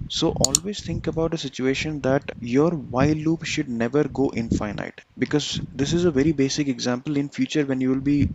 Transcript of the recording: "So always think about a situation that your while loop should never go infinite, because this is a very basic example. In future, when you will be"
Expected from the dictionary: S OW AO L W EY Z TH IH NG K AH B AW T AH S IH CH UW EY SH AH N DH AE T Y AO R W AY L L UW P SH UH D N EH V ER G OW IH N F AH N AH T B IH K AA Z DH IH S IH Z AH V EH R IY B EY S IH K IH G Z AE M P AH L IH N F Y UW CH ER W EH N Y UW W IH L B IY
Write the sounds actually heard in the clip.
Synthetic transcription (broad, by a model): S OW AO L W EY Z T IH NG K AH B AW T AH S IH CH UW EY SH AH N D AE T Y AO R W AY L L UW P SH UH D N EH V ER G OW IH N F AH N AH T B IH K AA Z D IH S IH Z AH V EH R IY B EY S IH K IH G Z AE M P AH L IH N F Y UW CH ER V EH N Y UW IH L B IY